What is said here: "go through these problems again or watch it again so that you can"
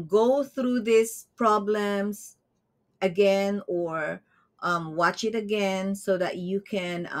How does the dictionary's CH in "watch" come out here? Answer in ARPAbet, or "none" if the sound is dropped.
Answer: CH